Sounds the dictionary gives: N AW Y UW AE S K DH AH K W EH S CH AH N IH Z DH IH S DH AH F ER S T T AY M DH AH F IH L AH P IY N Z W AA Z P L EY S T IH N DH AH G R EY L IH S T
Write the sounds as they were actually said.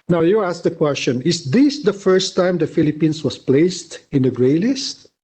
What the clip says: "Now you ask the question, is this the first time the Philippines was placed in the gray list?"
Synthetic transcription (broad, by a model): N AW Y UW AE S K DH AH K W EH S CH AH N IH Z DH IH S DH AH F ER S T T AY M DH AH F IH L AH P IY N S W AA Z P L EY S T IH N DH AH G R EY L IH S T